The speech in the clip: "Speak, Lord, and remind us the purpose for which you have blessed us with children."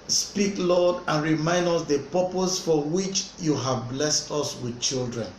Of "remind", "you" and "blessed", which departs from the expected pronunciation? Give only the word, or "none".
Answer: none